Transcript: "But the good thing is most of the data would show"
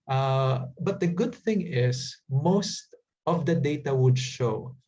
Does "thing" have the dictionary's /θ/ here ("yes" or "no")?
yes